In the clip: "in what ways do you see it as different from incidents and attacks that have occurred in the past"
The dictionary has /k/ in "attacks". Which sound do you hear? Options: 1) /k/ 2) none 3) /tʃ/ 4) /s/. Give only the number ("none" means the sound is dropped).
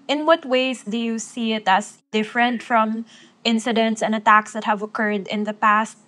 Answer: 1